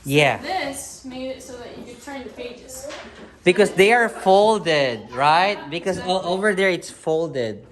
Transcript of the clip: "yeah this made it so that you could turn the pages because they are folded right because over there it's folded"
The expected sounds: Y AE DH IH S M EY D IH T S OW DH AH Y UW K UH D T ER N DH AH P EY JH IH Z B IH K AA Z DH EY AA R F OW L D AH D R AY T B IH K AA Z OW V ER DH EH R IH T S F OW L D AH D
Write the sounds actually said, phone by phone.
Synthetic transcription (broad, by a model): Y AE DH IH S M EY IH T S OW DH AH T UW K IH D T ER N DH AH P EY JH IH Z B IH K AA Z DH EY AA R F OW L D AH D R AY T B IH K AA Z OW V ER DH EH R IH T S F OW L D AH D